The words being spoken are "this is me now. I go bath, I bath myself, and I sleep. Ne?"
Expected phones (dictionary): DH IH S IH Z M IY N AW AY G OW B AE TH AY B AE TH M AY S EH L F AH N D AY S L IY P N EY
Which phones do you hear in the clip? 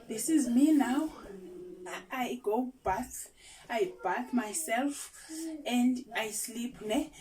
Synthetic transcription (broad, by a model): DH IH S IH Z M IY N AW AY G OW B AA S AY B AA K M AY S EH L F AH N D AY S L IY P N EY